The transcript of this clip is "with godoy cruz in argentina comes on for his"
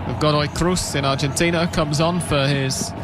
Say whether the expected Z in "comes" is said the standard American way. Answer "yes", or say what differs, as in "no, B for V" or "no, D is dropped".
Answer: yes